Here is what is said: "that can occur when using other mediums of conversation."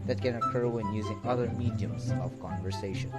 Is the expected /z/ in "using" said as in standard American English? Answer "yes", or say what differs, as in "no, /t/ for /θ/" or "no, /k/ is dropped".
yes